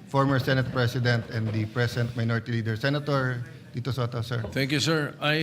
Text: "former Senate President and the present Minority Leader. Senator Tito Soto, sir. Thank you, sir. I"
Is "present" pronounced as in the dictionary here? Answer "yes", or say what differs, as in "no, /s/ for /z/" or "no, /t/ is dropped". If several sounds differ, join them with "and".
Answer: no, /s/ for /z/